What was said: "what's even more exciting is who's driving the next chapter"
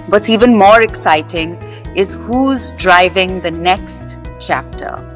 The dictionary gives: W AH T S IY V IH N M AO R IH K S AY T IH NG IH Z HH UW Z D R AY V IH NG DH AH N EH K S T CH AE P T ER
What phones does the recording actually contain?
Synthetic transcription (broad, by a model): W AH T S IY V IH N M AO R IH K S AY T IH NG IH Z HH UW Z D R AY V IH NG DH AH N EH K S T CH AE P T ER